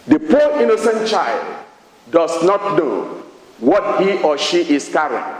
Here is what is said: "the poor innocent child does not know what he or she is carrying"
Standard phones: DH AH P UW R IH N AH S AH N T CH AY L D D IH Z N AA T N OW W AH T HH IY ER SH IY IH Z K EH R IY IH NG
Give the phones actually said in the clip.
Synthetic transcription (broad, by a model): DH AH P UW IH N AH S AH N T CH AY L D D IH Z N AA T N OW W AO T HH IY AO SH IY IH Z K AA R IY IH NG